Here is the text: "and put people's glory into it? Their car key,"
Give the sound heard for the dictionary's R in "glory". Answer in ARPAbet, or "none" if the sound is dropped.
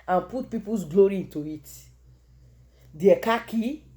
R